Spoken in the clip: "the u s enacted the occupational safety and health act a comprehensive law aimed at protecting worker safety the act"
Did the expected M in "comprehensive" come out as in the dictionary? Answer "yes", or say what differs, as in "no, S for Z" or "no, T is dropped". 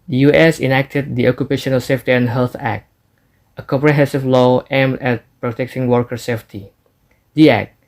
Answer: no, M is dropped